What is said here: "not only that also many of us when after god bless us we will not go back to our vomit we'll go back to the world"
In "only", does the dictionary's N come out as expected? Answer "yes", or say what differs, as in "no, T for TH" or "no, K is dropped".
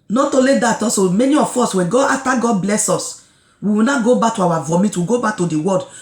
no, N is dropped